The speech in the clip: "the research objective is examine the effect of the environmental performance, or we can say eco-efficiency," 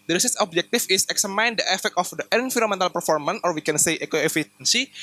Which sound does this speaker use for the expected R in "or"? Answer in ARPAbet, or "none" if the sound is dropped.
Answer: R